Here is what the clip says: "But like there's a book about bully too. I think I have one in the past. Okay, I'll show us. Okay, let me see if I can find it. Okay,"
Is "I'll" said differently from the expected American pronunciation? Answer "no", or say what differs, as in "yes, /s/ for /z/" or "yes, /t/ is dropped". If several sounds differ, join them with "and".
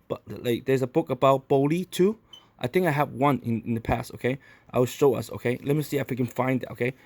yes, /w/ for /l/